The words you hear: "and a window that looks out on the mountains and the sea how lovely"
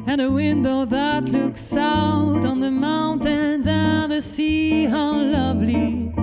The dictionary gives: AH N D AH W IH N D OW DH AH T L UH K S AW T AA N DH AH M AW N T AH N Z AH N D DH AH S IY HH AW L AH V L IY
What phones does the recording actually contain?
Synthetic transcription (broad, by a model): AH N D AH W IH N D OW DH AH T L UH K S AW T N DH AH M AW N T AH N Z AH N DH AH S IY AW L AH V L IY